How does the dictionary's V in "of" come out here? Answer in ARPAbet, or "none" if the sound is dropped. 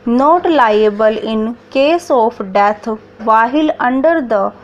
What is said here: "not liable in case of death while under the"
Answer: P